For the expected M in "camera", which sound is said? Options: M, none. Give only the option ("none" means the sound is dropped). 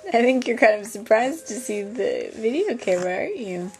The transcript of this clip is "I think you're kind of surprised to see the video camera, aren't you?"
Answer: none